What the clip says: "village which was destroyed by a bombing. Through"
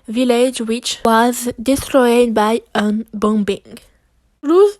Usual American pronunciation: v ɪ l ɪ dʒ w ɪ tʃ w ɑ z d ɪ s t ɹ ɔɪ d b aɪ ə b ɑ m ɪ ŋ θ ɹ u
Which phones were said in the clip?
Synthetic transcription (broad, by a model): v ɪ l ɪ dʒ w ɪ tʃ w ɑ z d ɪ s t ɹ ɔɪ d b aɪ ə b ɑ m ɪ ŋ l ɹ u